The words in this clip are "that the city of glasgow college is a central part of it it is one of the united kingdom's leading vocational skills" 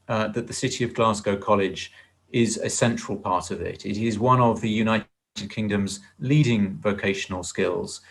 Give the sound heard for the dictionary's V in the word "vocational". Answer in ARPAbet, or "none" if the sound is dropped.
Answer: V